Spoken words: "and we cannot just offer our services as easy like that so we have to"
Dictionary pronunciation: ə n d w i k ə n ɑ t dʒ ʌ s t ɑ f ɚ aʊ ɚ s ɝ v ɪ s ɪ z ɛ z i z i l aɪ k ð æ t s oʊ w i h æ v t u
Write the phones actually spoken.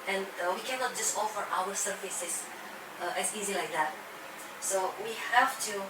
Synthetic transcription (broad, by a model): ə n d w i k ə n ɑ t dʒ ʌ s t ɑ f ɚ aʊ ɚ s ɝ f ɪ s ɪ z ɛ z i z i l aɪ k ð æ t s oʊ w i h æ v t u